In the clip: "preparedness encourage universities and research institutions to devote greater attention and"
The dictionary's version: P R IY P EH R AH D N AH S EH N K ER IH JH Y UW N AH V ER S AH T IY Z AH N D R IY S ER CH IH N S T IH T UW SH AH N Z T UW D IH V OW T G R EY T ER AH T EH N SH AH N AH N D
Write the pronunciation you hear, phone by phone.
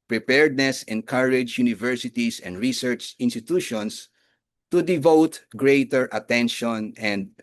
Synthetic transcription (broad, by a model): P R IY P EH R D N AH S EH N K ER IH JH Y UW N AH V ER S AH T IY S AH N D R IY S ER CH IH N S T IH T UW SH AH N S T UW D IH V OW T G R EY T ER AH T EH N SH AH N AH N D